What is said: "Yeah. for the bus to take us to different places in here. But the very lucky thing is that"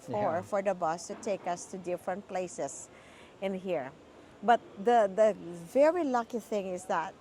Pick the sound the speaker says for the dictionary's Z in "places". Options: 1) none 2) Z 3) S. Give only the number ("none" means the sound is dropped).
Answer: 3